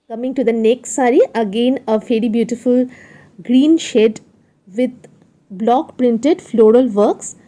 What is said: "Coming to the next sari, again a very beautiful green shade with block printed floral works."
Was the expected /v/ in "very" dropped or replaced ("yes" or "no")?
yes